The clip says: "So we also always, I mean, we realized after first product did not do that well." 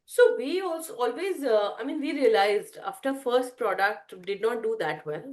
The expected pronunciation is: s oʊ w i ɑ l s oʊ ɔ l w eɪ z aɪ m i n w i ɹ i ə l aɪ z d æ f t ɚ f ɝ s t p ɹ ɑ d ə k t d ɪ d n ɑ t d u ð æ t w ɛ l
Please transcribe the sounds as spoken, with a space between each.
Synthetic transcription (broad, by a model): s oʊ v i ɑ l s oʊ ɔ l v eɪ z aɪ m i n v i ɹ i ə l aɪ z d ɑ f t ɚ f ɝ s t p ɹ ɑ d ə k t d ɪ d n ɑ t d u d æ t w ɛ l